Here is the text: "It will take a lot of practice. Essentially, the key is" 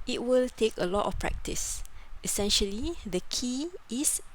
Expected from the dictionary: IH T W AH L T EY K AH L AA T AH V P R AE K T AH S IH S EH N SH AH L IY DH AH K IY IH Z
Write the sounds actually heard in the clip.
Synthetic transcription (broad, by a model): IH T W AH L T EY K AH L AA T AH F P R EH K T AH S IH S EH N SH AH L IY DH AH K IY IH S